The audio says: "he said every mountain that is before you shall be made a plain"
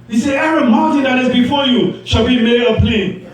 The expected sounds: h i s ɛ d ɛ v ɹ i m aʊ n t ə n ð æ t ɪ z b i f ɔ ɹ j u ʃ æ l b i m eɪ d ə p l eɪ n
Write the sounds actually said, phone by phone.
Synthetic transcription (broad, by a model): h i s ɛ ɛ v ɹ i m aʊ n t ə n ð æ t ɪ z b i f ɔ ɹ j u ʃ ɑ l b i m eɪ d ə p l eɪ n